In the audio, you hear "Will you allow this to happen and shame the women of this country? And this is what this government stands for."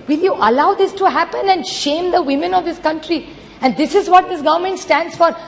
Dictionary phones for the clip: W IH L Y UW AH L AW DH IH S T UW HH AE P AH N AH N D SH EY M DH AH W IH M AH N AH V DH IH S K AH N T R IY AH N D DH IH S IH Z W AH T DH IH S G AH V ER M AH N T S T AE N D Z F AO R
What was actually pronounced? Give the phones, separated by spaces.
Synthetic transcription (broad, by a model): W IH L Y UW AH L AW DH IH S T UW HH AE P AH N AH N D SH EY M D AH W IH M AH N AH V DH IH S K AH N T R IY AH N D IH S IH Z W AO T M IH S G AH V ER M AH N T S T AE N D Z F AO R